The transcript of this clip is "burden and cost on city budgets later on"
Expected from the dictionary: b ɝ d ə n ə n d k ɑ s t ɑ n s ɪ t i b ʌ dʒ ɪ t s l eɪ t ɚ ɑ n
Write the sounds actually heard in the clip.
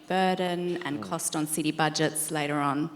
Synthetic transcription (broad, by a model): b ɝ d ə n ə n k ɑ s t n s ɪ t i b ʌ dʒ ɪ t s l eɪ t ɚ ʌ n